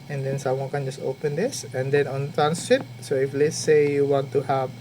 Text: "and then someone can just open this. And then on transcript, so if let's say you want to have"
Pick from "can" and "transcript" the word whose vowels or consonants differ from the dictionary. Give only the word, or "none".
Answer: transcript